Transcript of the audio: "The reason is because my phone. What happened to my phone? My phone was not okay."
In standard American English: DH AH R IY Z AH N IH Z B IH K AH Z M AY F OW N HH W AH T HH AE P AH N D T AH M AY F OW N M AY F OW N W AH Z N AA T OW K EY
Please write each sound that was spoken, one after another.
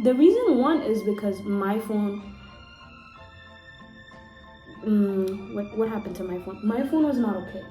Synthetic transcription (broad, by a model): DH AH R IY Z AH N IH Z B IH K AH Z M AY F OW N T W AH T HH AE P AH N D T AH M AY F OW N M AY F OW N W AH Z N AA T OW K EY